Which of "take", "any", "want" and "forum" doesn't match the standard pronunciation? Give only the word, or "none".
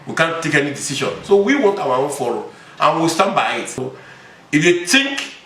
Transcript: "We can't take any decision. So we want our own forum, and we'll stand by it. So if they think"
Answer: forum